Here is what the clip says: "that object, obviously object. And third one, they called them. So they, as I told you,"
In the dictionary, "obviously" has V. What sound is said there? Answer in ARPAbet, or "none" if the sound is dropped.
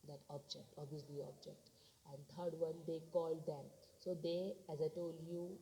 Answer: none